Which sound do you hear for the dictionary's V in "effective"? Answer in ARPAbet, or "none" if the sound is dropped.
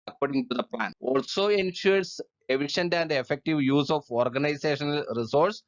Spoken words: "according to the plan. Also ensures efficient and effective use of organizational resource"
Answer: V